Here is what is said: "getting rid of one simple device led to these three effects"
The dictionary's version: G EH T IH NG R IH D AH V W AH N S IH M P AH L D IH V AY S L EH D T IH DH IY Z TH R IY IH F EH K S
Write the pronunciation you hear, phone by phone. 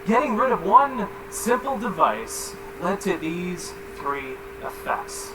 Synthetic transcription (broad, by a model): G EH T IH NG R IH D AH V W AH N S IH M P L D IH V AY S L EH D T IH DH IY Z TH R IY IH F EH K S